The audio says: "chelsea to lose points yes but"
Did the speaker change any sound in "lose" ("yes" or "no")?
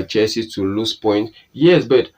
yes